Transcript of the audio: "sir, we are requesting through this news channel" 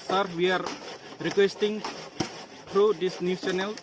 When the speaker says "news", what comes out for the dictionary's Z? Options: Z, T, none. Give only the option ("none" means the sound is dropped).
none